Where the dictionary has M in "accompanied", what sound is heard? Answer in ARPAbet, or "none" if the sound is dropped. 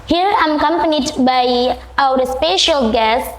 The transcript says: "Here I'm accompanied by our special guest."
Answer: M